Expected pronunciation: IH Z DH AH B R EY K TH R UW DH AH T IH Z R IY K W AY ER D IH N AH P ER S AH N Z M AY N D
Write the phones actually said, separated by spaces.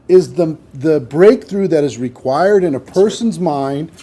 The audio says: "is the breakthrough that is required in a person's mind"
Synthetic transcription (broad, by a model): IH Z DH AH B R EY K TH R UW DH AH T IH Z R IY K W AY ER D IH N AH P ER S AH N Z M AY N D